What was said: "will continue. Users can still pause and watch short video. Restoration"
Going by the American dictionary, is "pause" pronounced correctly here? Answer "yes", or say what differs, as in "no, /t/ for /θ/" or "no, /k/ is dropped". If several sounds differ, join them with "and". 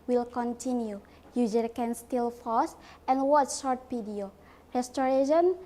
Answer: no, /f/ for /p/ and /s/ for /z/